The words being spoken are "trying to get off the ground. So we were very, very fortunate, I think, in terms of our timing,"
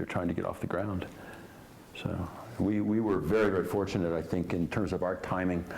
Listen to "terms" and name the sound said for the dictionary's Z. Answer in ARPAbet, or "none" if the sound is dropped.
Z